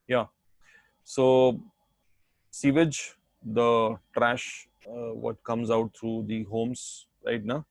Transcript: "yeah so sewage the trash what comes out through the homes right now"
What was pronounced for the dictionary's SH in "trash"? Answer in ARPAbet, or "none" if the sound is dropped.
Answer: SH